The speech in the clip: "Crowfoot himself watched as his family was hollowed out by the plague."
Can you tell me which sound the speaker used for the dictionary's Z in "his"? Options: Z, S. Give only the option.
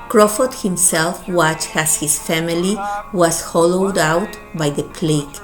S